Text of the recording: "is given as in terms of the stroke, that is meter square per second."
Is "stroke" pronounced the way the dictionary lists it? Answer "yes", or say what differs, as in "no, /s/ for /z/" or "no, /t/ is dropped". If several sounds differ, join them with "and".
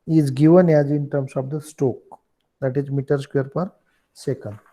no, /ɹ/ is dropped